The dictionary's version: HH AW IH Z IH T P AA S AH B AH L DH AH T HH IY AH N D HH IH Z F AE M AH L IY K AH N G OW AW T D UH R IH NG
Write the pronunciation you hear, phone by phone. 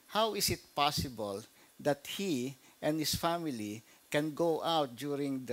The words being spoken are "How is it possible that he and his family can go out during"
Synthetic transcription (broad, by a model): HH AW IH S IH T P AA S AH B AH L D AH T HH IY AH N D HH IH S F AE M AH L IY K AH N G OW AW T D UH R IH NG